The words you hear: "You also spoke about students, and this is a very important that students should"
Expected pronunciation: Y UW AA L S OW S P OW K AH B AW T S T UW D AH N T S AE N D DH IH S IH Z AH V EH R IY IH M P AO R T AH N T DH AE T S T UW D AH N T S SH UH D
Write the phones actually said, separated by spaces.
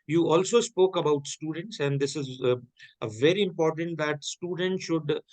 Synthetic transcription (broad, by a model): Y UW AA L S OW S P OW K AH B AW T S T UW D AH N T S AE N D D IH S IH Z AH V EH R IY IH M P AO R T AH N T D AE T S T UW D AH N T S SH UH D